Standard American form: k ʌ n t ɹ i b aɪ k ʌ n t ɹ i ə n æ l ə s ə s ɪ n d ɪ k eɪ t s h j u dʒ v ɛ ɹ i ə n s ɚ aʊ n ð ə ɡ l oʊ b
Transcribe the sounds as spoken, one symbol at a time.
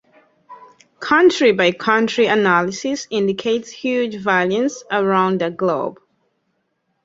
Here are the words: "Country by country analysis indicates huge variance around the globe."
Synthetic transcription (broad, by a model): k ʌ n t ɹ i b aɪ k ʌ n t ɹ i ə n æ l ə s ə s ɪ n d ɪ k eɪ t s h j u dʒ v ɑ l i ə n s ɚ aʊ n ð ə ɡ l oʊ b